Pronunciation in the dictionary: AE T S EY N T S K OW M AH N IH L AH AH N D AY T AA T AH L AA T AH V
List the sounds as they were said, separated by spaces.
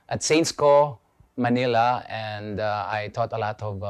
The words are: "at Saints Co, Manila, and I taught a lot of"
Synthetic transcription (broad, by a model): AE T S EY N T S K OW M AH N IH L AH AH N D AY T AA T AH L AA T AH V